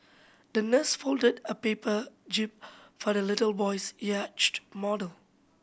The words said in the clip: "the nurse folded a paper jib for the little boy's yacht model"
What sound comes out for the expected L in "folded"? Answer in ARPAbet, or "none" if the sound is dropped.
L